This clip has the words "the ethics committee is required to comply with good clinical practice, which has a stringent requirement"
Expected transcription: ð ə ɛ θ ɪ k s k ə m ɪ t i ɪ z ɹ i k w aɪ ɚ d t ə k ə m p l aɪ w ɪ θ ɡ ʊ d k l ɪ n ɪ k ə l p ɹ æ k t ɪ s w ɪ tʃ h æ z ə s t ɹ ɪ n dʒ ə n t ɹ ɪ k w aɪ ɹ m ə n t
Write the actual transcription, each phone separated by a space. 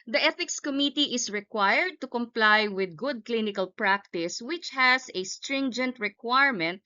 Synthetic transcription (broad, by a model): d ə ɛ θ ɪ k s k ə m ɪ t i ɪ s ɹ i k w aɪ ɚ d t ə k ə m p l aɪ w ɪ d ɡ ʊ d k l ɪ n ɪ k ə l p ɹ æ k t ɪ s w ɪ tʃ h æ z ə s t ɹ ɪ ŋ dʒ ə n t ɹ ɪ k w aɪ ɹ m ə n t